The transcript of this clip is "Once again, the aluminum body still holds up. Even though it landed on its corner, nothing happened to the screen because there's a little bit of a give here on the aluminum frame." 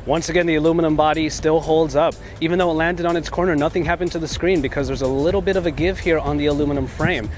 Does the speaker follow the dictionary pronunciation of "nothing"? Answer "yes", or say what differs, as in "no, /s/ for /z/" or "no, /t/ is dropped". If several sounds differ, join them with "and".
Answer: yes